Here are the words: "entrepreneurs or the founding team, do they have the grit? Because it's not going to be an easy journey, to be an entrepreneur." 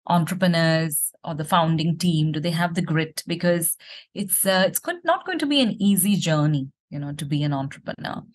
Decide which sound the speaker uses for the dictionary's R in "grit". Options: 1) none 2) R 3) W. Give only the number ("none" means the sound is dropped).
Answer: 2